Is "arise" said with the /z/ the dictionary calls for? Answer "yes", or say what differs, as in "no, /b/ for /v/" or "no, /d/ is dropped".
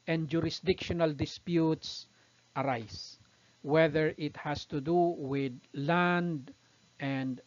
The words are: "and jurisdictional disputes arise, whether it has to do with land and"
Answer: no, /s/ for /z/